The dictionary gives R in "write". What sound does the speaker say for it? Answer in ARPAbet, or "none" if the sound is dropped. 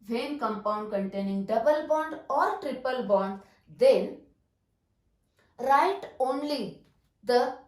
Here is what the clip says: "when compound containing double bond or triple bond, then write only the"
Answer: R